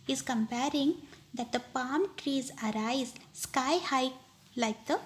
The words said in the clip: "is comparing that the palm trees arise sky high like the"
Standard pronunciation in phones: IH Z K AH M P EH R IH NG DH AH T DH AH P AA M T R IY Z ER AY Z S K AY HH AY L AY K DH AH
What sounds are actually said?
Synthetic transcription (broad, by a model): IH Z K AH M P EH R IH NG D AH T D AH P AA M T R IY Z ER AY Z S K AY HH AY L AY K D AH